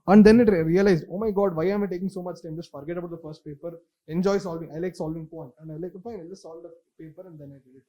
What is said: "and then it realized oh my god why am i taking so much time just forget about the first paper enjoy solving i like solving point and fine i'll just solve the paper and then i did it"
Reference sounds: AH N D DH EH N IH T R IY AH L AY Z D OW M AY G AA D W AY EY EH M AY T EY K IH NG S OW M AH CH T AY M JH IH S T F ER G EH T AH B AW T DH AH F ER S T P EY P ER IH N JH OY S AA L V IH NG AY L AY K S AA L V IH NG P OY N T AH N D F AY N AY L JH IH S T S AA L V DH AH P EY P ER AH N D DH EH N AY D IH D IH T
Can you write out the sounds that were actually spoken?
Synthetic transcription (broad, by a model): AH N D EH N IH T R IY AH L AY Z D OW M AY G AA D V AY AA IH M AY T EY K IH NG S OW M AH CH T AY M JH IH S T F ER G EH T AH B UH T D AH F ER S T P EY P ER IH N JH OY S AA L V IH NG AY L AY K S AA L V IH NG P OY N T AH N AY L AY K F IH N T S AA L V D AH P EY P ER AH N D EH N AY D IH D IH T